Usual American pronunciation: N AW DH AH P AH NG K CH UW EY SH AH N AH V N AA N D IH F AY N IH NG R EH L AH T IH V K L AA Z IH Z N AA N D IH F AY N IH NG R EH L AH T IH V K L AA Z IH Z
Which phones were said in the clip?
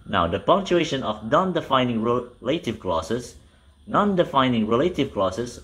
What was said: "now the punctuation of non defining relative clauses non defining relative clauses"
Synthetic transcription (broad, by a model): N AW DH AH P AH NG K CH UW EY SH AH N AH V N AA N D IH F AY N IH NG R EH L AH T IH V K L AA S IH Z N AA N D IH F AY N IH NG R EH L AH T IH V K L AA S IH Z